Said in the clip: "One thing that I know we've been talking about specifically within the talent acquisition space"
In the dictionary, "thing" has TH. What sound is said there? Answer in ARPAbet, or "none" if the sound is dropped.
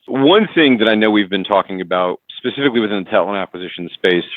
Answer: TH